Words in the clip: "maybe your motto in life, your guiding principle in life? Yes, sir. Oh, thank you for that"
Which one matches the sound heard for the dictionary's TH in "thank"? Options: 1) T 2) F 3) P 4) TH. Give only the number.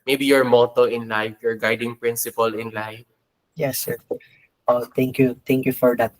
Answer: 1